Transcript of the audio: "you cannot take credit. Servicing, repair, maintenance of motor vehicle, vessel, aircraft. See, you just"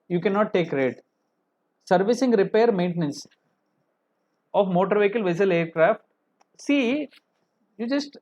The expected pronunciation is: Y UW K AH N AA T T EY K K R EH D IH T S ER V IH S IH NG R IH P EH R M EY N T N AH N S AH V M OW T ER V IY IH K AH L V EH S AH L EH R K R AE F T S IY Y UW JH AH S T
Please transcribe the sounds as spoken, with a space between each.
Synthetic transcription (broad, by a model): Y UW K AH N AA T T EY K K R D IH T S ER V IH S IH NG R IH P EH R M EY N T N AH N S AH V M OW T ER V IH K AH L V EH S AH L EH R K R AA F T S IY Y UW JH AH S T